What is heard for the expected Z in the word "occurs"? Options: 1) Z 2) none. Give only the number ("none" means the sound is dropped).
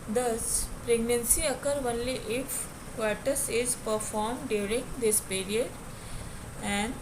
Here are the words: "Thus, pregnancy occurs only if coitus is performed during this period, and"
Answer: 2